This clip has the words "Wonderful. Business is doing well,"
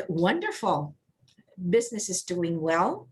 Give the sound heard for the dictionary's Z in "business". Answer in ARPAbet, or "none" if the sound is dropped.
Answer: Z